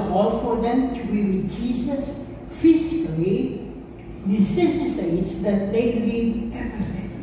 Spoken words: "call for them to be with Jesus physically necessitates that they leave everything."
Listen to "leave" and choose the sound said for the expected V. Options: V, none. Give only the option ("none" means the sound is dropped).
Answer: none